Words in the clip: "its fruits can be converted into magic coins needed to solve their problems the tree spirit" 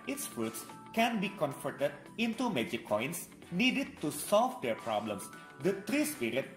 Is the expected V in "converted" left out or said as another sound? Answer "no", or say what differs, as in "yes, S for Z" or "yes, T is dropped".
yes, F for V